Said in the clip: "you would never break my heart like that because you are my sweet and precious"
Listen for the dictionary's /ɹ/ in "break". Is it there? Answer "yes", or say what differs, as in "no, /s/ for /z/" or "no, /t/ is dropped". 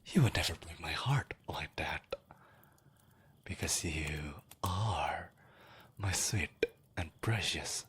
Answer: no, /ɹ/ is dropped